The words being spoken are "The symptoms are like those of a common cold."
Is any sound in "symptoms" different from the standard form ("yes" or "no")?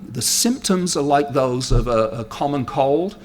no